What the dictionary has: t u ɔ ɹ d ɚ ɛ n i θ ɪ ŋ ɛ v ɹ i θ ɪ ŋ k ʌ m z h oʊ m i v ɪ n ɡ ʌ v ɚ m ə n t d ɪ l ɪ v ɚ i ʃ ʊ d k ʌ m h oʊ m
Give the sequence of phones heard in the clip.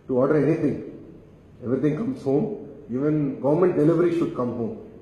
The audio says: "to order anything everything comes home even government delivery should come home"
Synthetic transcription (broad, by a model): t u ɔ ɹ d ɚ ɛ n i t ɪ ŋ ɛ v ɹ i t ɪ ŋ k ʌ m s h oʊ m i v ɪ n ɡ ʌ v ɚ m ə n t d ɪ l ɪ v ɚ i ʃ ʊ d k ʌ m h oʊ m